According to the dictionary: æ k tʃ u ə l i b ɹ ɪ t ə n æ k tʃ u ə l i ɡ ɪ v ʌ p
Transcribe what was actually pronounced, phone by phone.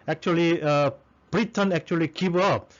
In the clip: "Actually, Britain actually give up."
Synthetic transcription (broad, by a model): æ k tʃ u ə l i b ɹ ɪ t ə n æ k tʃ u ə l i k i b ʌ